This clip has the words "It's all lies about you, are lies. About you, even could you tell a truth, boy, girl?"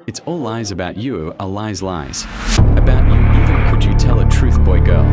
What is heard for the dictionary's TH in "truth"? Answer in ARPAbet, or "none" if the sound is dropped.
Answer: TH